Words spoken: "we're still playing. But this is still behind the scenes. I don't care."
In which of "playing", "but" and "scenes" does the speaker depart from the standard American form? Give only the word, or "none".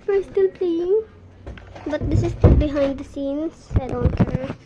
scenes